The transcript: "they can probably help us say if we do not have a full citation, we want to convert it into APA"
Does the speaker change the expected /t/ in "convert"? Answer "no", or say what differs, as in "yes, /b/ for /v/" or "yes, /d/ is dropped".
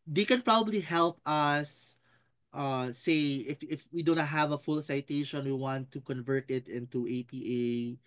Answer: no